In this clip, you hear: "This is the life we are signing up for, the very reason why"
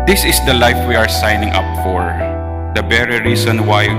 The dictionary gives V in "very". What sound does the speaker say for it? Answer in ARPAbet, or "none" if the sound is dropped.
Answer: B